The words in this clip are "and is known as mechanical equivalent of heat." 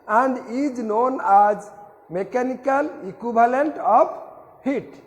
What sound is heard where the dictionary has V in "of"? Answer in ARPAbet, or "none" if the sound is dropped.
B